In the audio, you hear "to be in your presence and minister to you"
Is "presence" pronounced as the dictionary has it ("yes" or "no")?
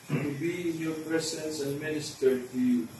no